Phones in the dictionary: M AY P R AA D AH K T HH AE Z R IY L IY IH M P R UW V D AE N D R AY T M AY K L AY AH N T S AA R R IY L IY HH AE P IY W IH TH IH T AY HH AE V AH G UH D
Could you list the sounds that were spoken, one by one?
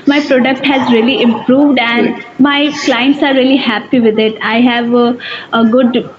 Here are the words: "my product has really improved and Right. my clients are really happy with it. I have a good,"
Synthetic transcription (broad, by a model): M AY P R AA D AH K T HH AE Z R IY L IY IH M P R UW V D AE N D M AY K L AY AH N T S AA R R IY L IY HH AE P IY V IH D IH T AY HH AE V AH G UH D